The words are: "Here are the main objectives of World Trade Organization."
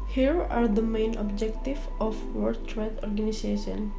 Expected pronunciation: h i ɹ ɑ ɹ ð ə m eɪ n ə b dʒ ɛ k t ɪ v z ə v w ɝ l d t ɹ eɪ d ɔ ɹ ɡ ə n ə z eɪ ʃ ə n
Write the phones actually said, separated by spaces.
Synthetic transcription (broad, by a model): h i ɹ ɑ ɹ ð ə m eɪ n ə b dʒ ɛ k t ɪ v ə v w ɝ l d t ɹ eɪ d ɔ ɹ ɡ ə n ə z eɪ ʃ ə n